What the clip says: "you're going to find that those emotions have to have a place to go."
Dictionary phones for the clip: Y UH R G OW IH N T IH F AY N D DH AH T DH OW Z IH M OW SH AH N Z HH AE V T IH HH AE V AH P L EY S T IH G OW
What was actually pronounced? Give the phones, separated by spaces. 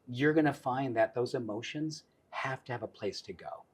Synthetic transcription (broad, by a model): Y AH R G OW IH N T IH F AY N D DH AH T DH OW Z IH M OW SH AH N Z HH AE F T IH V AH P L EY S T IH G OW